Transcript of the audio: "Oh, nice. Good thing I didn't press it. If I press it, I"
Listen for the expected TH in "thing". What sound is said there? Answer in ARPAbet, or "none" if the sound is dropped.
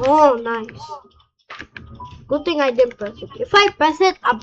T